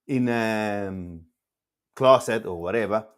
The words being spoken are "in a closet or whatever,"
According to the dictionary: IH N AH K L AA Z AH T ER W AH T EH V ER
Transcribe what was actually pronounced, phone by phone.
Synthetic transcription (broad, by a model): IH N AH K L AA S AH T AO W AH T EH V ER